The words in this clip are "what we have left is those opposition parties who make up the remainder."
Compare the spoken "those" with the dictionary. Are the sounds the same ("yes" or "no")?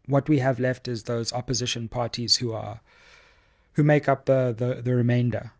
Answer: yes